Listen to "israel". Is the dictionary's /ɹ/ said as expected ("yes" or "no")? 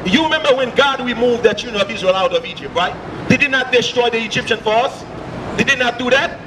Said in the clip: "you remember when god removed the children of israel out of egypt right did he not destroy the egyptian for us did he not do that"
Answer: yes